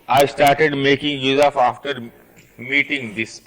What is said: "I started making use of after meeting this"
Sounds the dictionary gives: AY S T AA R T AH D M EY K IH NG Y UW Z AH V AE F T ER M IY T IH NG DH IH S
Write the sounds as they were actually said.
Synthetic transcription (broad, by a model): AY S T AA R T AH D M EY K IH NG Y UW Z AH F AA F T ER M IY T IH NG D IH S